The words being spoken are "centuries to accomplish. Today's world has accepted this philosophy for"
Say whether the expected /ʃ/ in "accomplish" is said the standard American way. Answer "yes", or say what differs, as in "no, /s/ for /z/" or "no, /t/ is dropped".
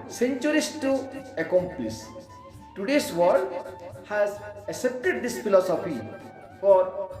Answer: no, /s/ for /ʃ/